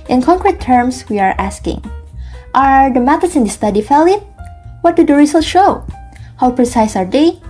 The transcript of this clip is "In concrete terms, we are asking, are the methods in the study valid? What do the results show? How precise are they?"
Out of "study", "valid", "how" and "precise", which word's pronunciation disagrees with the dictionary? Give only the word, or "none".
valid